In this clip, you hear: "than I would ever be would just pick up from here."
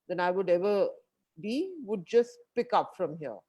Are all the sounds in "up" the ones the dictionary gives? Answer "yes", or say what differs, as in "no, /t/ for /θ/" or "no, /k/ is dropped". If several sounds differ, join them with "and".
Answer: yes